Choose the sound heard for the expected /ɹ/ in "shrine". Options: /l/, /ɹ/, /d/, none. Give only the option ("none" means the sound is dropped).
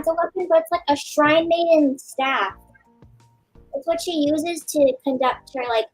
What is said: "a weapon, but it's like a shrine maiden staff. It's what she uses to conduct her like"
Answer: /ɹ/